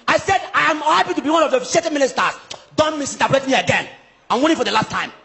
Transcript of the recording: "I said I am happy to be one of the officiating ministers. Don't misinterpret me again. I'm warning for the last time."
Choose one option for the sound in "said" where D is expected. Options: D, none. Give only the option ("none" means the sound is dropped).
D